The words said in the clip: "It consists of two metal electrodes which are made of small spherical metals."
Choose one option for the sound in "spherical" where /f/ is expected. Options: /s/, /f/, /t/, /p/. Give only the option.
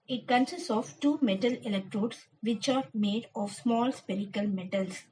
/p/